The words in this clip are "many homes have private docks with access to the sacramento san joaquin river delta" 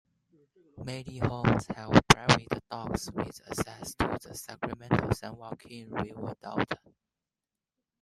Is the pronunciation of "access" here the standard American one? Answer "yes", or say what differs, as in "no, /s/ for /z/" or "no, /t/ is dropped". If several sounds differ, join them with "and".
no, /k/ is dropped